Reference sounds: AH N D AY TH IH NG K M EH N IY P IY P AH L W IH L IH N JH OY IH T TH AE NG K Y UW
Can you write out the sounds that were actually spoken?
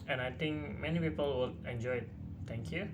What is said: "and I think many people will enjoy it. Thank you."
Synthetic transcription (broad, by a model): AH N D AY T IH NG K M EH N IY P IY P AH L W IH L IH N JH OY IH T T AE NG K Y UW